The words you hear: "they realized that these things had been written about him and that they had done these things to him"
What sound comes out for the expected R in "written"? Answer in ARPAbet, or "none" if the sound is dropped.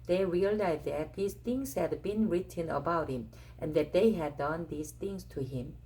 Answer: R